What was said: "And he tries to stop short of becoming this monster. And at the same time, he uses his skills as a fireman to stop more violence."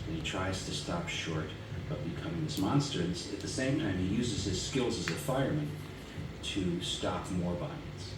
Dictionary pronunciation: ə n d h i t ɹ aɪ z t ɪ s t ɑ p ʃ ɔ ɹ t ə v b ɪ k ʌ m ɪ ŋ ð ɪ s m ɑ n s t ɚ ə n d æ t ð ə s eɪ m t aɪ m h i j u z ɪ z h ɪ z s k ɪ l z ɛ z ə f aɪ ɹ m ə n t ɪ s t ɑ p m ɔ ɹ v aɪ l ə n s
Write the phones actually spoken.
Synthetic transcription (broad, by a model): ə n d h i t ɹ aɪ z t ɪ s t ɑ p ʃ ɔ ɹ t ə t b ɪ k ʌ m ɪ ŋ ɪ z m ɑ n s t ɚ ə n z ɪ t ð ə s eɪ m t aɪ m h i j u z ɪ z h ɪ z s k ɪ l z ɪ z ə f aɪ ɹ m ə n t ɪ s t ɑ p m ɔ ɹ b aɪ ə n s